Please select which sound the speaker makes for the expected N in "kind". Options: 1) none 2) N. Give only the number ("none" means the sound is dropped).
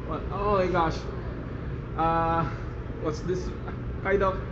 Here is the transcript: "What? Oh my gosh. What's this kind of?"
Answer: 1